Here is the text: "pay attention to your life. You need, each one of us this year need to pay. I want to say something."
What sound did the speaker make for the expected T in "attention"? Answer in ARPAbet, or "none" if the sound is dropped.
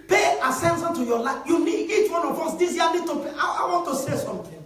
S